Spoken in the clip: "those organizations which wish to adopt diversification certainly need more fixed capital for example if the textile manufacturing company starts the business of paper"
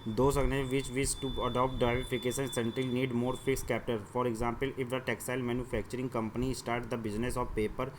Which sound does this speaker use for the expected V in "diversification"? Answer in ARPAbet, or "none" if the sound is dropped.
none